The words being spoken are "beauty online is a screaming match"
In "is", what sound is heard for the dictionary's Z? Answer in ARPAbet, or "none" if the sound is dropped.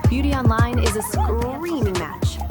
Z